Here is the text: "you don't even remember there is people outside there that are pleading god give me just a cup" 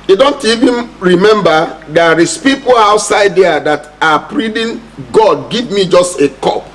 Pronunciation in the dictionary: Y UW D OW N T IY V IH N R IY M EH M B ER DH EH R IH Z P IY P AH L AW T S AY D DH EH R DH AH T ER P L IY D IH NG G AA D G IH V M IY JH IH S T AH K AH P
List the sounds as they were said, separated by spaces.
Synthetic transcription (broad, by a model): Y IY D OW N T IY V IH N R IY M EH M B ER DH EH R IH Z P IY P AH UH T S AY D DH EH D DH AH T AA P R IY D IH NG G AA D G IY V M IY JH IH S T AH K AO P